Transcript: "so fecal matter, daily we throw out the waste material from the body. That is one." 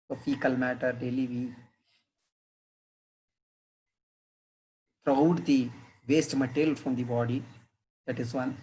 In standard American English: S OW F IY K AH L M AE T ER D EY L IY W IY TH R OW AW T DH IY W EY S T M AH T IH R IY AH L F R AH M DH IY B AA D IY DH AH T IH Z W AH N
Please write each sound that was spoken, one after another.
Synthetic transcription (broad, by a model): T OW P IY K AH L M AE T ER D EY L IY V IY T R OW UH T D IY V EY S T M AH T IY L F R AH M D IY B AA D IY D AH T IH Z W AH N